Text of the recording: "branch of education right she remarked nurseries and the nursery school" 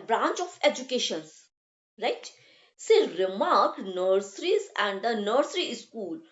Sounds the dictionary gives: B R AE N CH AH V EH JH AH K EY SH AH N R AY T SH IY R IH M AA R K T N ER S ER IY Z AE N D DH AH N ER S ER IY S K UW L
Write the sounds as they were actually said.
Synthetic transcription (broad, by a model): B R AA N CH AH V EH JH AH K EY SH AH N R AY T S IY R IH M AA R K N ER S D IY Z AE N D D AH N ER S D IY S K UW L